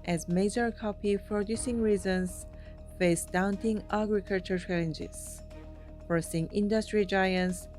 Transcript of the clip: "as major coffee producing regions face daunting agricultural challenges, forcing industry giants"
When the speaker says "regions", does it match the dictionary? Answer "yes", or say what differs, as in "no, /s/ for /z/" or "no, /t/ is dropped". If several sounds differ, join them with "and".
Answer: no, /z/ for /dʒ/